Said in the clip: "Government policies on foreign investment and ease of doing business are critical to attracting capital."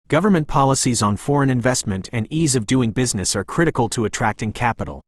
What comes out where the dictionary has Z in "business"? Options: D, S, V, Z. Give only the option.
Z